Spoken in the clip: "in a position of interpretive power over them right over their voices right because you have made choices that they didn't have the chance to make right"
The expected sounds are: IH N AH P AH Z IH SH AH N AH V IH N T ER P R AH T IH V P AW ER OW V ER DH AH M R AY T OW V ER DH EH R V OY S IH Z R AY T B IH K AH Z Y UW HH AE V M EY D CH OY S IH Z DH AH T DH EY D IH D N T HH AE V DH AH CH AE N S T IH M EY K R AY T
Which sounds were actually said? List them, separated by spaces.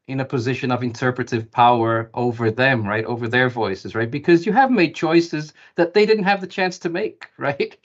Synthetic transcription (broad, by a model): IH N AH P AH Z IH SH AH N AH V IH N T ER P R AH T IH V P AW ER OW V ER DH AH M R AY T OW V ER DH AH R V OY S IH Z R AY T B IH K AH Z Y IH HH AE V M EY D CH OY S IH Z DH AH T DH EY D IH D N T HH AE V DH AH CH AE N S T IH M EY K R AY T